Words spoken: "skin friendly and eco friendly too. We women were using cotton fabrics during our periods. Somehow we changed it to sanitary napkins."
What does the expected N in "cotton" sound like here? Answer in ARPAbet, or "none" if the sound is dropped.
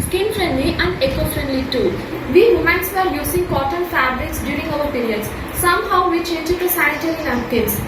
L